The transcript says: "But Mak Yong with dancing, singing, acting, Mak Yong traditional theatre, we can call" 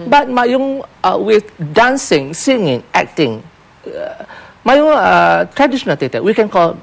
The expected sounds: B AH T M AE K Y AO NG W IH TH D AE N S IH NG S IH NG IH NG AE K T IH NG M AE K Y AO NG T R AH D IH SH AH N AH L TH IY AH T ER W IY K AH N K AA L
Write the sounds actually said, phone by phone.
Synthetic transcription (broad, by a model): B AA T M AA Y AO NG W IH D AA N S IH NG S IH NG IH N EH K T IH NG M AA Y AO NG T R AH D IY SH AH N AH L T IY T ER W IY K AH N K AA L